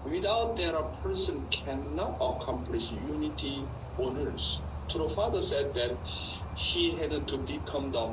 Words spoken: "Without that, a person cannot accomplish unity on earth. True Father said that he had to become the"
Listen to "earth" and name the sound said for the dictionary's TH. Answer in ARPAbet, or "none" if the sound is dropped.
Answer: S